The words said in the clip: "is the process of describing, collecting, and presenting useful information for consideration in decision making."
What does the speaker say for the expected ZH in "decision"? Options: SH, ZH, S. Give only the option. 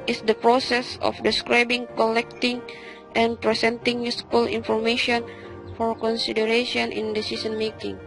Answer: S